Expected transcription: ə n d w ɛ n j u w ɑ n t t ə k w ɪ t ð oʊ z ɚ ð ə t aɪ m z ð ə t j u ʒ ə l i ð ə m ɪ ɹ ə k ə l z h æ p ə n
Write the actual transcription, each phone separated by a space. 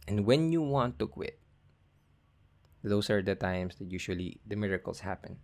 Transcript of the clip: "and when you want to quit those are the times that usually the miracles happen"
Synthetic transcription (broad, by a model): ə n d w ɛ n j u w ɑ n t t ə k w ɪ t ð oʊ s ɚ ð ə t aɪ m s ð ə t j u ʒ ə l i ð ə m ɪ ɹ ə k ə l s h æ p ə n